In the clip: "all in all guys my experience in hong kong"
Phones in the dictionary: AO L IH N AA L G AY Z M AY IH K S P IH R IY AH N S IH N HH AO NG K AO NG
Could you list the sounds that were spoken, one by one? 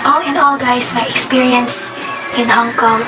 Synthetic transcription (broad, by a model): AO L IH N AA L G AY S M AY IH K S P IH R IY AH N S IH N HH AO NG K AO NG